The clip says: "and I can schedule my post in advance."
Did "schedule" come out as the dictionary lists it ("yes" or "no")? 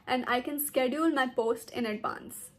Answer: yes